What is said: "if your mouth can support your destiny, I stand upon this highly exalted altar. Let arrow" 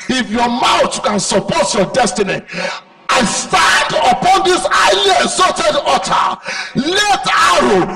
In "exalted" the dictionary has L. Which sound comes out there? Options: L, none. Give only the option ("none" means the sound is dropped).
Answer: none